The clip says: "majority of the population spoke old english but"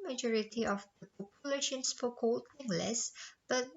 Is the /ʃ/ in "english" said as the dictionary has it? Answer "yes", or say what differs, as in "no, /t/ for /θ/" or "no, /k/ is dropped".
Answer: no, /s/ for /ʃ/